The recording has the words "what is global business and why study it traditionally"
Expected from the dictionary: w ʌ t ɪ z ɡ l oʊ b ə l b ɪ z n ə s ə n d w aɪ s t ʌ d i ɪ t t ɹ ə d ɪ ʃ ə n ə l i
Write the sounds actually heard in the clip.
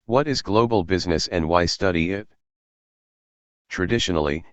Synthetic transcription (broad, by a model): w ʌ t ɪ z ɡ l oʊ b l b ɪ z n ə s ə n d w aɪ s t ʌ d i ɪ t t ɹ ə d ɪ ʃ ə n l i